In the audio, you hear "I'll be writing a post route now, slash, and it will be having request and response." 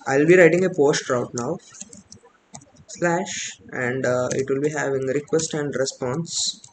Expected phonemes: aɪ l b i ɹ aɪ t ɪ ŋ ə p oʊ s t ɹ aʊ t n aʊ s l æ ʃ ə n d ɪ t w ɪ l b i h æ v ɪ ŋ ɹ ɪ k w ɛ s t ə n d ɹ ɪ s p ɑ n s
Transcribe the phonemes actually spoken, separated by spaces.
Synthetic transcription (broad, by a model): aɪ l b i ɹ aɪ t ɪ ŋ ə p oʊ s t ɹ aʊ t n aʊ s l æ ʃ ə n d ɪ t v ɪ l b i h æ v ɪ ŋ ɹ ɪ k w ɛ s t ə n d ɹ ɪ s p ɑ n s